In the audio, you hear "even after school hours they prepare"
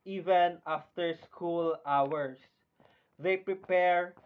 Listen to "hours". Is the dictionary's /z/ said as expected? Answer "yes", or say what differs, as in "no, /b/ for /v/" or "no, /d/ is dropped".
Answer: no, /s/ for /z/